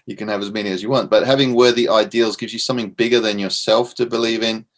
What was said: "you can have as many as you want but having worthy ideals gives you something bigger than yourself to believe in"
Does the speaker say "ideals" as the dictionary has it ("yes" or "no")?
yes